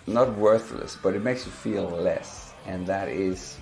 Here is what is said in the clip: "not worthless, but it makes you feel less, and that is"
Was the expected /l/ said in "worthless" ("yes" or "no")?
yes